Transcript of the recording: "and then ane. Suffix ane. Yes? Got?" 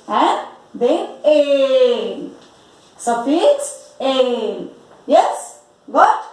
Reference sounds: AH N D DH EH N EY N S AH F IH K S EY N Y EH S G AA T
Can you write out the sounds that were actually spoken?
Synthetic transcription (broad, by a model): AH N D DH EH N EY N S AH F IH S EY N Y EH S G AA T